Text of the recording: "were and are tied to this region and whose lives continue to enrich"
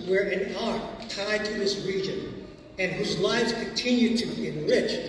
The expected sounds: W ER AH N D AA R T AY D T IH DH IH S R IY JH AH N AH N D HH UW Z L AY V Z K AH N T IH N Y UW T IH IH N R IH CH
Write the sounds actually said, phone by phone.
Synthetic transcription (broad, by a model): W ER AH N AA R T AY D T IH DH IH S R IY JH AH N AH N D HH UW Z L AY V Z K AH N T IH N Y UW T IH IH N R IH CH